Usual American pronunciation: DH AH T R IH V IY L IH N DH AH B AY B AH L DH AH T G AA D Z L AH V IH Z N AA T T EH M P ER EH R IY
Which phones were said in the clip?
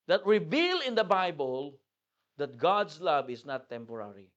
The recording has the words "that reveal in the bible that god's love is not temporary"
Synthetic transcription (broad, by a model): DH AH T R IH V IY L IH N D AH B AY B AH L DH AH T G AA D S L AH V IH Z N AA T T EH M P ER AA R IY